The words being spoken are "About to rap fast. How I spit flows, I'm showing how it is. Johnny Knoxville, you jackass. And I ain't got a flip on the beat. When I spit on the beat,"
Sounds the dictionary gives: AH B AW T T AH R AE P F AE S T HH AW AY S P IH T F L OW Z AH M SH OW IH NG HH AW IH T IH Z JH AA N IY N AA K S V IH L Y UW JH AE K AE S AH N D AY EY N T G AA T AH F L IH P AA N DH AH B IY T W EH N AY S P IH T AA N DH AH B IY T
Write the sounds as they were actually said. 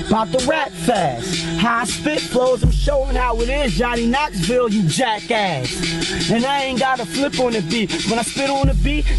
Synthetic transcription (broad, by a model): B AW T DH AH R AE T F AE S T HH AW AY S P IH T F L OW Z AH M SH OW IH NG HH AW IH T IH Z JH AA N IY N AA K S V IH L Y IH JH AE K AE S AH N AY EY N G AA T AH F L IH P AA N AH B IY T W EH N AY S P IH T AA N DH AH B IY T